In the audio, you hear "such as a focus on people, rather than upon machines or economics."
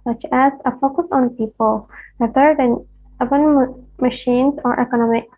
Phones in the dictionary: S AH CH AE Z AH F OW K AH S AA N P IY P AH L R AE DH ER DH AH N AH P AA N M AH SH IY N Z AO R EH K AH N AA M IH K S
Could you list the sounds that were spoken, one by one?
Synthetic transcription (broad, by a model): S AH CH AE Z AH F OW K AH S AA N P IY P AH L W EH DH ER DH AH N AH B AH N M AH SH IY N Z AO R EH K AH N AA M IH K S